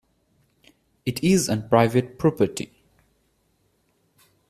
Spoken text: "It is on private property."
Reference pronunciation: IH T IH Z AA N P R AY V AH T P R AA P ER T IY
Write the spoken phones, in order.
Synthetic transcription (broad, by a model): IH T IH Z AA N P R AY V AH T P R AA P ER T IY